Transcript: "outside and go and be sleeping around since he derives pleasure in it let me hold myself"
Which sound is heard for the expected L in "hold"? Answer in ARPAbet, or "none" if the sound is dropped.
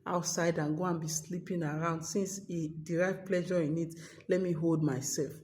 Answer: L